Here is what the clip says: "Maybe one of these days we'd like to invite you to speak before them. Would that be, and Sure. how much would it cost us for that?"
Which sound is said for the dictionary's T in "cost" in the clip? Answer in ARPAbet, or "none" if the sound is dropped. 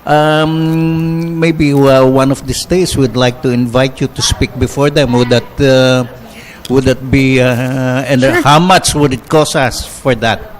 none